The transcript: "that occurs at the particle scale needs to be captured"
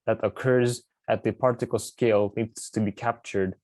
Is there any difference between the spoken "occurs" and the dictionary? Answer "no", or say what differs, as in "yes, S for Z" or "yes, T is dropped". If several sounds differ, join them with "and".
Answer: no